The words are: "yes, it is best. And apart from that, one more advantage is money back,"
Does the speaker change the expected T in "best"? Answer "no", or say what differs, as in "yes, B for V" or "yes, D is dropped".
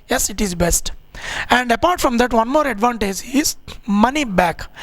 no